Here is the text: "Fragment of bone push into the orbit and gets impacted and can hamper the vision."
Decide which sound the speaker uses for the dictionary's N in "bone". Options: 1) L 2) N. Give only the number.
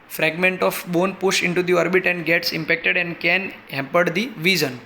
2